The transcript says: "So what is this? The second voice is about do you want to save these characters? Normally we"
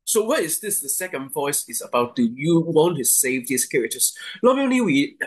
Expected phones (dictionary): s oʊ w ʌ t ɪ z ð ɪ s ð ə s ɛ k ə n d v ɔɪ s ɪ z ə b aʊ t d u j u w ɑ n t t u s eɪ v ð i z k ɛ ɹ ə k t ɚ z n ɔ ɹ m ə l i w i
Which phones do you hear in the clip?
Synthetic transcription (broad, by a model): s oʊ w ʌ t ɪ z ð ɪ s ð ə s ɛ k ə n d v ɔɪ s ɪ z ə b aʊ t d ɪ j u w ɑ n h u s eɪ v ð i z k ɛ ɹ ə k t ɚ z l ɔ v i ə n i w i